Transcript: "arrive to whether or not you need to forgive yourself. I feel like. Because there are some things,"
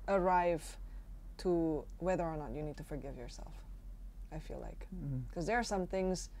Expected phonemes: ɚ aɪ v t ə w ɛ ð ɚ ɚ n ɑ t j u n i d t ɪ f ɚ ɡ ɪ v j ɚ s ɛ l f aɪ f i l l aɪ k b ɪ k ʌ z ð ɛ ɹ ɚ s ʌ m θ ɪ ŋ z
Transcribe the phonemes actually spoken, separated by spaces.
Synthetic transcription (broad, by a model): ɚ aɪ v t ə w ɛ ð ɚ ɚ n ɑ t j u n i d t ɪ f ɚ ɡ ɪ v j ɚ s ɛ l f aɪ f i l l aɪ k k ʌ z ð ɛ ɹ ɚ s ʌ m θ ɪ ŋ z